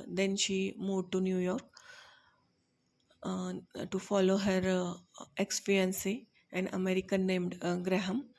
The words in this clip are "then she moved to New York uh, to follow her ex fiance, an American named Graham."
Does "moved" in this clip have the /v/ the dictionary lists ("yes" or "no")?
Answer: no